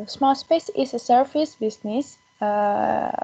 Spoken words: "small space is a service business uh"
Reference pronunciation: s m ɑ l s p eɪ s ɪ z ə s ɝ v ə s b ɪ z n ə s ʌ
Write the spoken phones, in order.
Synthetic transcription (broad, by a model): s m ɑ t s p eɪ s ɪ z ə s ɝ f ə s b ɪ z n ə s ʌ